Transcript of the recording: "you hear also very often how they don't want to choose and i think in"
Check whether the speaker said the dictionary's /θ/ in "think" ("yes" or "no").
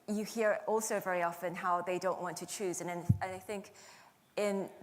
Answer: yes